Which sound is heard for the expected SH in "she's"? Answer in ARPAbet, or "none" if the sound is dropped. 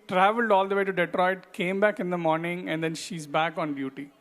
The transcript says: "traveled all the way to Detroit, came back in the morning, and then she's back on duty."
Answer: SH